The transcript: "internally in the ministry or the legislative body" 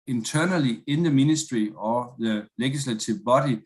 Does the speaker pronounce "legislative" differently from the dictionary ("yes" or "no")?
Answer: yes